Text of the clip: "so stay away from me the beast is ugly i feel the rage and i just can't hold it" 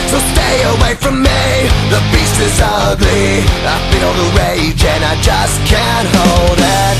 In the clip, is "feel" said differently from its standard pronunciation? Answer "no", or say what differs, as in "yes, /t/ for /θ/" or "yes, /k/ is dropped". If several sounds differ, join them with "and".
yes, /n/ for /l/